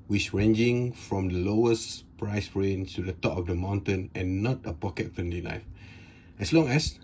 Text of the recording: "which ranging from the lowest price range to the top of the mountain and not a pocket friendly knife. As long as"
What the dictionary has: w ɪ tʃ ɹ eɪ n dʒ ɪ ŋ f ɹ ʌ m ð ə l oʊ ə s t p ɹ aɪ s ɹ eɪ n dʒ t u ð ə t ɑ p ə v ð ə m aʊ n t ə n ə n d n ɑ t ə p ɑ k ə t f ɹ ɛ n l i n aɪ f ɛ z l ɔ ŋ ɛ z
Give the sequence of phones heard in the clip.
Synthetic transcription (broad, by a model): w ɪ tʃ ɹ eɪ n dʒ ɪ ŋ f ɹ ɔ m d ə l oʊ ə s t p ɹ aɪ s ɹ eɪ n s t u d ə t ɑ p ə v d ə m aʊ n t ə n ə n n ɑ t ə p ɑ k ə t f ɛ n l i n aɪ f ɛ s l ɔ ŋ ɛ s